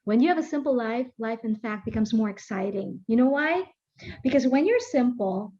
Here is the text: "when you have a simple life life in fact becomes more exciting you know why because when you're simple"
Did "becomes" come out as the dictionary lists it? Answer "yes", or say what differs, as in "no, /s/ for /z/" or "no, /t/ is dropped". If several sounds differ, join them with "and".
yes